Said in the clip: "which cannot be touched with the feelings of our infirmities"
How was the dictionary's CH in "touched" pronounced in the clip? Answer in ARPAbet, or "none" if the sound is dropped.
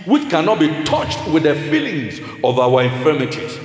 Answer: CH